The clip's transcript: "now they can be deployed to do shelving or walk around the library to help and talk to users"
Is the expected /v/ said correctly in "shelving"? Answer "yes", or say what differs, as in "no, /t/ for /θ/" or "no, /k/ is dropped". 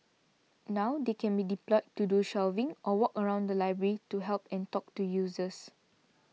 yes